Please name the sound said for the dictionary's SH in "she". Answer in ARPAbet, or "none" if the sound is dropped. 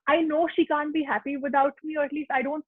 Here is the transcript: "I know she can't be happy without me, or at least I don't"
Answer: SH